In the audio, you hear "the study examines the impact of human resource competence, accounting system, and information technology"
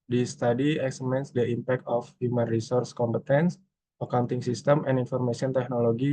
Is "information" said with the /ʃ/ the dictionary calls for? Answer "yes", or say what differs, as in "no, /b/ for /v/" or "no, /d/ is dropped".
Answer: no, /s/ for /ʃ/